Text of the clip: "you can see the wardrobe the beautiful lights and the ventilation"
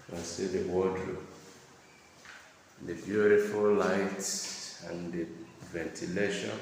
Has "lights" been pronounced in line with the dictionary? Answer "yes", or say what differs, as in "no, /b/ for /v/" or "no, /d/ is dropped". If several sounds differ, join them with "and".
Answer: no, /s/ is dropped